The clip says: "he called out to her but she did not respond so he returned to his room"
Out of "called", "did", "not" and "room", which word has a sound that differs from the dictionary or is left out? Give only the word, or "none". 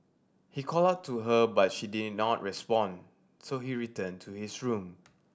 called